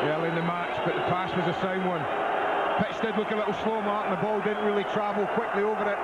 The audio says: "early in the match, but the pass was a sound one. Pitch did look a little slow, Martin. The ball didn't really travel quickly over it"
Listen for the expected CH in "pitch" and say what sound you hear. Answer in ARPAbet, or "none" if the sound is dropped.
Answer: S